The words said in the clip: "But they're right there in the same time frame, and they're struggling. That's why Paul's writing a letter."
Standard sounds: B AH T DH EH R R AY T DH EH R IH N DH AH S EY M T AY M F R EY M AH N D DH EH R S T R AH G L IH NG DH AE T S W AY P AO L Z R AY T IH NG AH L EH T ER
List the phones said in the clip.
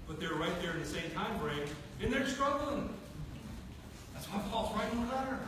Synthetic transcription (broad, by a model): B AH T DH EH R R AY T DH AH R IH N DH AH S EY M T AY M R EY AH N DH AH R S T R AH G L IH NG DH AE T S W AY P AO L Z R AY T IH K AH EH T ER